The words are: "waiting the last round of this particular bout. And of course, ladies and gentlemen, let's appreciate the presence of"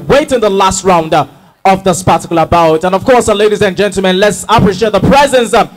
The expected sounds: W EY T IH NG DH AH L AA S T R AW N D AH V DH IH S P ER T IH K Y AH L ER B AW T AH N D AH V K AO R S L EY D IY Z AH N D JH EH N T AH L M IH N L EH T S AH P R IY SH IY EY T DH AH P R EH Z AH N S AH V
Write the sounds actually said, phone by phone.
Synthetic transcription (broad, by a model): W EY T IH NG DH AH L AA S T R AW N D AH V DH IH S P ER T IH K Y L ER B AW T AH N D AH V K AO R S L EY D IY Z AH N JH EH N T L M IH N L EH T S AH P R IY SH IY EY T DH AH P R EH Z AH N S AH